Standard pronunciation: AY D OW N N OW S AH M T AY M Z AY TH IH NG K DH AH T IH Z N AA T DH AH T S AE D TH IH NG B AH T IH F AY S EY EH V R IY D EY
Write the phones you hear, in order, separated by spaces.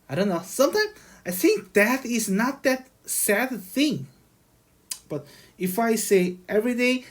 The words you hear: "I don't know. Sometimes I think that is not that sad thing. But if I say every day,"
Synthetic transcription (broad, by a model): AY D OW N N OW S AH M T AY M AY TH IH NG K DH AH T IH Z N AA T DH AH T S AE D TH IH NG B AH T IH F AY S EY EH V R IY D EY